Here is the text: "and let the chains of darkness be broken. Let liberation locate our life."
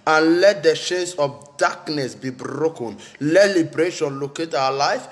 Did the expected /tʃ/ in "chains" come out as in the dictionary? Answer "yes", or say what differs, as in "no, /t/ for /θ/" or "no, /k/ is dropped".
no, /ʃ/ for /tʃ/